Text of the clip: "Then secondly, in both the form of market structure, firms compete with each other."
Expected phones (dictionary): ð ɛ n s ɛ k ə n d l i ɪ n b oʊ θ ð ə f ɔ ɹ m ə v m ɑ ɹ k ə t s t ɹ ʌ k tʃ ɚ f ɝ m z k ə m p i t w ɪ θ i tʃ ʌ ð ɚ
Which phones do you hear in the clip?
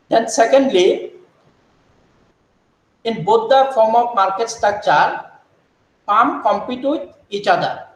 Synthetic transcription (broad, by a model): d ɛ n s ɛ k ə n d l i ɪ n b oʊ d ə f ɔ ɹ m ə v m ɑ ɹ k ə t s t ɑ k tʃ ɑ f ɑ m k ə m p i t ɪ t i tʃ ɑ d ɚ